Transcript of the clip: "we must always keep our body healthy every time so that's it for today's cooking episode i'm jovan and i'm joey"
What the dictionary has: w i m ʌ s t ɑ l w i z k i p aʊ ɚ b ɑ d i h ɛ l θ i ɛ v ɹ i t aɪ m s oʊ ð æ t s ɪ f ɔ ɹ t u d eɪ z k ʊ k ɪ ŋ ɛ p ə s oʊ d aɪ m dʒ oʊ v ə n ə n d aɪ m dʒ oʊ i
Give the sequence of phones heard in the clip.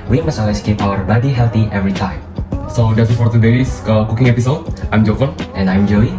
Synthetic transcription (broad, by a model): w i m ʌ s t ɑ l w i s k i p aʊ ɚ b ɑ d i h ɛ l t i ɛ v ɹ i t aɪ m s oʊ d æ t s ɪ f ɔ ɹ t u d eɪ s k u k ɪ ŋ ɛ p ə s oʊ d aɪ m dʒ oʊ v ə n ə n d aɪ m dʒ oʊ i